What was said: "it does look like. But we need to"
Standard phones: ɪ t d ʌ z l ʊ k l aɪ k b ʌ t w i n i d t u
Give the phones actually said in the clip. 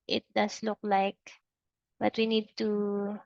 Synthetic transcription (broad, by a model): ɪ t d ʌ s l ʊ k l aɪ k b ʌ t w i n i d t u